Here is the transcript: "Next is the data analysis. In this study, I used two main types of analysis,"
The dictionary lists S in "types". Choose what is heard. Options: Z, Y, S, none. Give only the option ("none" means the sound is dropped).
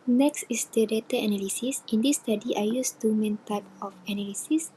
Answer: none